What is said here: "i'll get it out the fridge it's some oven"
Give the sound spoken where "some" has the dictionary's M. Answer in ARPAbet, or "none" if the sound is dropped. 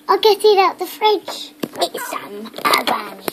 none